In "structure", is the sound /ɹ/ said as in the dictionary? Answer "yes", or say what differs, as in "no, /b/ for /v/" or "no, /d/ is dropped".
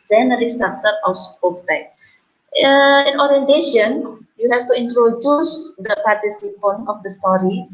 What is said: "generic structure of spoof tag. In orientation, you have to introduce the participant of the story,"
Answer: no, /ɹ/ is dropped